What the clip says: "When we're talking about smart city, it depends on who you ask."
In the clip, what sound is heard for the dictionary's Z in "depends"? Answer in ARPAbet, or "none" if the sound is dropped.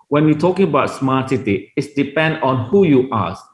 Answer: none